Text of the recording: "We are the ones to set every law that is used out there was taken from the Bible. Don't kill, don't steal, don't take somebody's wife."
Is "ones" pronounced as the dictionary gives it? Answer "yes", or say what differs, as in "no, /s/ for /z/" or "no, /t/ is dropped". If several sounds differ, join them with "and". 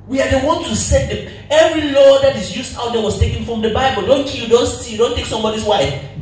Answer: no, /z/ is dropped